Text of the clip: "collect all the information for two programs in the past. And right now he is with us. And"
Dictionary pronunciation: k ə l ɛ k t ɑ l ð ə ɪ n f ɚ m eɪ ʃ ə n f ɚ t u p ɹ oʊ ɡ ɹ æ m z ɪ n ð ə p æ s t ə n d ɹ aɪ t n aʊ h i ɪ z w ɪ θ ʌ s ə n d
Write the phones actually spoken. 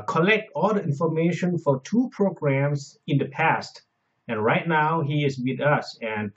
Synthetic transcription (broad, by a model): k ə l ɛ k t ɑ l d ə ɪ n f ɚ m eɪ ʃ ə n f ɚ t u p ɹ oʊ ɡ ɹ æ m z ɪ n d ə p æ s t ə n ɹ aɪ t n aʊ h i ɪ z w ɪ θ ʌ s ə n